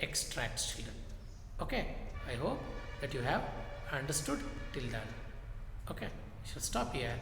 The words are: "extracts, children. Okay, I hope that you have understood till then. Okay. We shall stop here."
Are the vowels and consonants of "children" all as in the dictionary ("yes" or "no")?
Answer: no